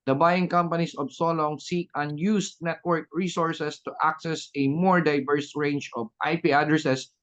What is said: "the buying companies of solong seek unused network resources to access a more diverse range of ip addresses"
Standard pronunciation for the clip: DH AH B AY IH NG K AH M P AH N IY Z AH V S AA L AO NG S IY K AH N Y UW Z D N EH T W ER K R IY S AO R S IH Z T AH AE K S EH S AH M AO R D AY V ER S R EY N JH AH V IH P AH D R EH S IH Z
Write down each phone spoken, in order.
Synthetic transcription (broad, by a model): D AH B AY IH NG K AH M P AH N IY S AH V S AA L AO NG S IY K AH N Y UW S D N EH T W ER K R IY S AO R S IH S T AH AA K S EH S AH M AO R D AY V ER S R EY N JH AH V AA P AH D R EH S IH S